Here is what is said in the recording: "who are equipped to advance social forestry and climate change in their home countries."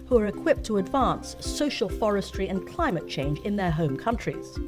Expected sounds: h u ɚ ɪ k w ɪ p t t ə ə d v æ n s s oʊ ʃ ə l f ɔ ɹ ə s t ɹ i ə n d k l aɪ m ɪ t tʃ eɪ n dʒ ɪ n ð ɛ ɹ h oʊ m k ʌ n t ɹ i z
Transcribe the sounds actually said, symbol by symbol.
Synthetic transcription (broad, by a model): h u ɚ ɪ k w ɪ p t t ə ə d v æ n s s oʊ ʃ ə l f ɔ ɹ ə s t ɹ i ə n k l aɪ m ɪ t tʃ eɪ n dʒ ɪ n ð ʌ ɹ h oʊ m k ʌ n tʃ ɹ i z